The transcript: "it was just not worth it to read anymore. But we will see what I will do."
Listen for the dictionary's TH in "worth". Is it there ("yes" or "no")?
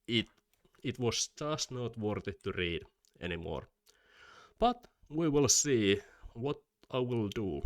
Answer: no